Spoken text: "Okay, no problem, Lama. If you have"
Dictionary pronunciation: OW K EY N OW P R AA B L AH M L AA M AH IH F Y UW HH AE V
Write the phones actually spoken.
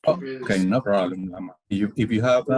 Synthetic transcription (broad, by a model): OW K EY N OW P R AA L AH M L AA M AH IH F Y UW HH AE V